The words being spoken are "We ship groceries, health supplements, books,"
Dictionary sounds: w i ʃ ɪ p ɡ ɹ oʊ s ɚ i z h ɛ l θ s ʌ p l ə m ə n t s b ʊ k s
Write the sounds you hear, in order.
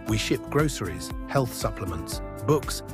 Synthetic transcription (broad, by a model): w i ʃ ɪ p ɡ ɹ oʊ s ɚ i z h ɛ l θ s ʌ p l ə m ə n t s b ʊ k s